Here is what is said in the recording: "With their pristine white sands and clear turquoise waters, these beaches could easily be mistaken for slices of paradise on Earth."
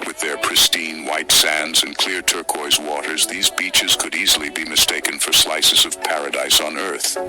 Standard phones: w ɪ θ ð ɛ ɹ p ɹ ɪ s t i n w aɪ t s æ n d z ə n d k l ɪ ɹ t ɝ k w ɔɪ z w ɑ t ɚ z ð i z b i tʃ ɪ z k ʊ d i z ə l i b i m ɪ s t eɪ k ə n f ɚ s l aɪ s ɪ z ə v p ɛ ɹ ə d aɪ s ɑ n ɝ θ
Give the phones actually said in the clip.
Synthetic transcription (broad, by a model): w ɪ ð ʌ ɹ p ɹ ɪ s t i n w aɪ t s æ n d z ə n k l ɪ ɹ t ɝ k ɔɪ z w ɑ t ɚ z ð i z b i tʃ ɪ z k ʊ d i z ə l i b i m ɪ s t eɪ k ə n f ɚ s l aɪ s ɪ z ə v p ɛ ɹ ə d aɪ s n ɝ θ